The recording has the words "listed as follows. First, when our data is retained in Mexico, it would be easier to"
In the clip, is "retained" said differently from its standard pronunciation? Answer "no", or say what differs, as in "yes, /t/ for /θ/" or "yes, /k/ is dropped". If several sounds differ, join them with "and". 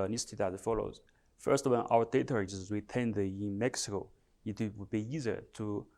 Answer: yes, /w/ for /ɹ/